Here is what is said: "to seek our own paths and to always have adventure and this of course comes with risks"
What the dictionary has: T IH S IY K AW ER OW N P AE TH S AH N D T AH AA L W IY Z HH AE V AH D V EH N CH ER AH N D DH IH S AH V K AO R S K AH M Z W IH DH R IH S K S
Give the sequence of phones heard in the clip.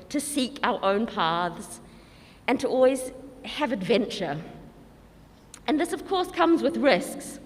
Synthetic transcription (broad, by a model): T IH S IY K AW ER OW N P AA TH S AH N T AH AA L W IY Z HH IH V AH D V EH N CH ER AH N DH IH S AH V K AO R S K AH M Z W IH DH R IH S K S